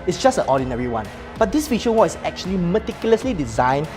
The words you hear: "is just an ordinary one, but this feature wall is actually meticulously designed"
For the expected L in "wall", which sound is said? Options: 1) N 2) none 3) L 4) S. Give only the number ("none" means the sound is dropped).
1